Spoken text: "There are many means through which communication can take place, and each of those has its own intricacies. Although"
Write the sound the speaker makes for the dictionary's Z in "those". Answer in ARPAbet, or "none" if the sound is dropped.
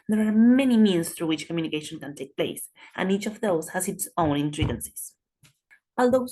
S